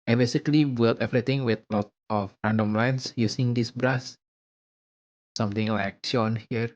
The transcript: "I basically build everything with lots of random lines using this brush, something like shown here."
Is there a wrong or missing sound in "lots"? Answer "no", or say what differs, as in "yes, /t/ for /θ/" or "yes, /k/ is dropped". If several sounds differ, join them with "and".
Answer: yes, /s/ is dropped